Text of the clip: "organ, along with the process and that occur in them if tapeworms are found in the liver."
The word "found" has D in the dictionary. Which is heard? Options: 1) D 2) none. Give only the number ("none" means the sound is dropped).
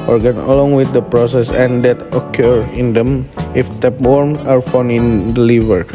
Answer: 2